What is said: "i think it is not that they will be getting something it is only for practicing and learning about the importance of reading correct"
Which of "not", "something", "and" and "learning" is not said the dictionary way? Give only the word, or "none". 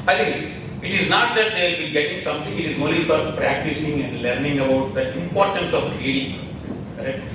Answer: something